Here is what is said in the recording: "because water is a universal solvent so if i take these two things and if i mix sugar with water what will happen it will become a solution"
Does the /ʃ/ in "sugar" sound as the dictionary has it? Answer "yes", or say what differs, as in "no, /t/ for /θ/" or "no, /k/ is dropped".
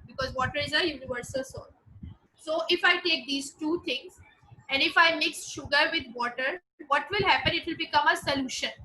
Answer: yes